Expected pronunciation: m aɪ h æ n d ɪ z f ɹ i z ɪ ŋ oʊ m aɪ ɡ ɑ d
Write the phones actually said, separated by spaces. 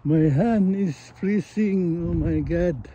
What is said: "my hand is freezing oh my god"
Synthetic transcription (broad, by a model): m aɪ h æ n ɪ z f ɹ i s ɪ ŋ oʊ m aɪ ɡ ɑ d